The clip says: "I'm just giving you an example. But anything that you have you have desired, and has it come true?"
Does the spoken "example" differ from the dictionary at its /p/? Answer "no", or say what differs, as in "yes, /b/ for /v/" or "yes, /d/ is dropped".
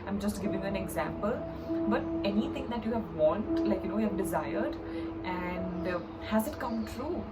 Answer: no